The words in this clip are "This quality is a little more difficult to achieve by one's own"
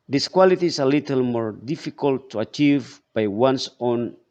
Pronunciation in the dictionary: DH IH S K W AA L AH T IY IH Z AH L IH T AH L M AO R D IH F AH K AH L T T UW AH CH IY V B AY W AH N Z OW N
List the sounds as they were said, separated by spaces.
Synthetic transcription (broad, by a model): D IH S K W AA L AH T IY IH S AH L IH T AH L M AO R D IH F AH K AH L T T UW AH CH IY V B AY W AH N S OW N